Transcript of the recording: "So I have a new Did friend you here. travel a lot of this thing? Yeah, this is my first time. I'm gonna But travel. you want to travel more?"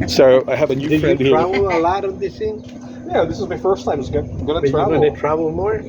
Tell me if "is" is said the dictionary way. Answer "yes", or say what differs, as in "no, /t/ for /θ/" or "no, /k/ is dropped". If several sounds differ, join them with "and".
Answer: yes